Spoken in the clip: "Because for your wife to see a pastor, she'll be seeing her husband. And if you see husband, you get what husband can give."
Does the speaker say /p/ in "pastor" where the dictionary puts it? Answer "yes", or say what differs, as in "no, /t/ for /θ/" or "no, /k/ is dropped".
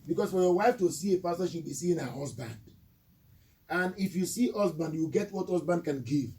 no, /f/ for /p/